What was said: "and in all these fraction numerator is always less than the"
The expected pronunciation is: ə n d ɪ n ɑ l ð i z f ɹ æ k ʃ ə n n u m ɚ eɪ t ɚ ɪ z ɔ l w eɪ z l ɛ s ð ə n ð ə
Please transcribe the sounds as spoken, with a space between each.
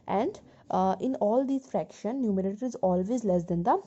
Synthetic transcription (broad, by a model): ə n d ɪ n ɑ l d i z f ɹ æ k ʃ ə n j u m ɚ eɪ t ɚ ɪ z ɔ l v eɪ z l ɛ s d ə n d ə